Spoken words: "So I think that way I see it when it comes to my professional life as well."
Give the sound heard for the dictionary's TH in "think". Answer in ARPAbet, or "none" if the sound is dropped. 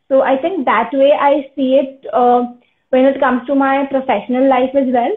T